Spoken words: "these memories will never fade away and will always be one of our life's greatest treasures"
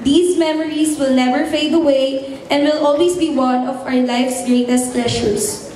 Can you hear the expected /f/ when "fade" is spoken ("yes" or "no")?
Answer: yes